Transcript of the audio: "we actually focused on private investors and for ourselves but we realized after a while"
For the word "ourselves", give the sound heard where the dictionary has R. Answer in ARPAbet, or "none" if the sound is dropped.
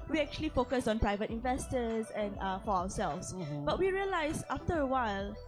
W